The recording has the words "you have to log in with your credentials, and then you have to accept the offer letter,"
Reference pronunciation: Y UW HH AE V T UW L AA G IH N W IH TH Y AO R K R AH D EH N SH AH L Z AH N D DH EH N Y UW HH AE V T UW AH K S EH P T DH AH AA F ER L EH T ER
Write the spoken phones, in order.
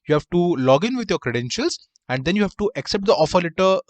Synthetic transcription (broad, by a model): Y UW HH AE V T UW L AA G IH N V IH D Y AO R K R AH D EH N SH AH L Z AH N D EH N Y UW HH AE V T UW AH K S EH P T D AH AA F ER L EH T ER